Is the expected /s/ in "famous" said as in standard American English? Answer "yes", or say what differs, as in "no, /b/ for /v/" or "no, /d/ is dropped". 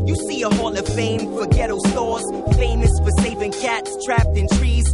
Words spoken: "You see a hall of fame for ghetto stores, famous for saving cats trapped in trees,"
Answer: yes